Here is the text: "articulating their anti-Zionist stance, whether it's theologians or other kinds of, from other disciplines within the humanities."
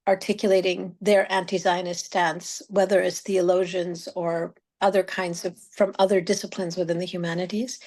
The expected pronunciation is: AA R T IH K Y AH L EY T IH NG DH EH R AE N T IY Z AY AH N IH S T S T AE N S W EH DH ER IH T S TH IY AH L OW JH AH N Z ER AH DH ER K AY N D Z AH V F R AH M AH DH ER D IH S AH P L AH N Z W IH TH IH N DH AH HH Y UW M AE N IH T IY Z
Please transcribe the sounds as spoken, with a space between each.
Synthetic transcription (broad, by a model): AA R T IH K Y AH L EY T IH NG DH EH R AE N T IY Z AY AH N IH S S T AE N S W EH DH ER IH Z TH IY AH L OW ZH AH N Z ER AH DH ER K AY N D Z AH V F R AH M AH DH ER D IH S AH P L AH N Z W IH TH IH N DH AH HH Y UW M AE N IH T IY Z